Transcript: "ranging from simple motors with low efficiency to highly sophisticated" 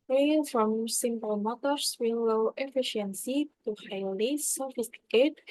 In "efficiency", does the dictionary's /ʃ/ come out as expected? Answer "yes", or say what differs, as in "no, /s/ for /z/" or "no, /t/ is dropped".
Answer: yes